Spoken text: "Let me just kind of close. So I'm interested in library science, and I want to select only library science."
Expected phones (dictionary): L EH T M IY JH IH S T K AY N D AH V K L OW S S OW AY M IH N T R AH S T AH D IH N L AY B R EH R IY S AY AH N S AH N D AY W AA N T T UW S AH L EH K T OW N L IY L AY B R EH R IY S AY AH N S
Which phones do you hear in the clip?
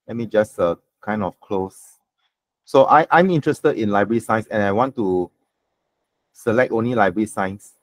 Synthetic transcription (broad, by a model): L EH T M IY JH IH S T K AY N D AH F K L OW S S OW AY M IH N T R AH S T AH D IH N L AY B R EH R IY S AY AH N S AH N AY W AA N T T UW S AH L EH K T OW N L IY L AY B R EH R IY S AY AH N S